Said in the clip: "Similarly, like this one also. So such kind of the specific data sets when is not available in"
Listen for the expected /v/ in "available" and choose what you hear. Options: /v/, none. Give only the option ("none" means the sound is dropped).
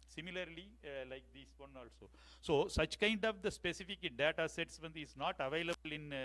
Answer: /v/